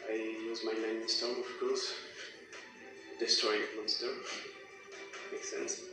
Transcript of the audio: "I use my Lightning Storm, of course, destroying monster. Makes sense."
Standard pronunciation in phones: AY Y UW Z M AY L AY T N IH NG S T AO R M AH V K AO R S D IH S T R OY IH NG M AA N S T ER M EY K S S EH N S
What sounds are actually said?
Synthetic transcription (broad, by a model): AY Y UW Z M AY N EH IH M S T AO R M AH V K AO R S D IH S T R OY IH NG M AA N S T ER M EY K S S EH N S